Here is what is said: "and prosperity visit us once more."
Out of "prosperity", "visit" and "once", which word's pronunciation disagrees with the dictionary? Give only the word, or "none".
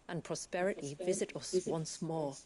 none